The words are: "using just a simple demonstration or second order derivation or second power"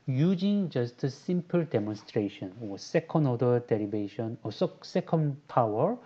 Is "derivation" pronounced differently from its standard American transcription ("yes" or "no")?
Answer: yes